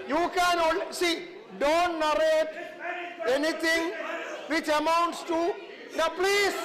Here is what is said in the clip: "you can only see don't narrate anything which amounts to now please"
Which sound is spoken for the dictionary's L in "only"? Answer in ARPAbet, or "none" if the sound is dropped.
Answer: none